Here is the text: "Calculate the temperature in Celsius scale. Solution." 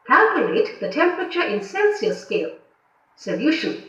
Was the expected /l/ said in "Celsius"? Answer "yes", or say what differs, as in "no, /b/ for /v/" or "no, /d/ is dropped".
no, /n/ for /l/